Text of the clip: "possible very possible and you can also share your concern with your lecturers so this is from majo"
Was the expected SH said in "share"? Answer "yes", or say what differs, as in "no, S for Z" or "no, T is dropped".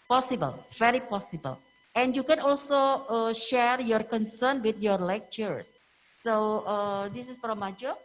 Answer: yes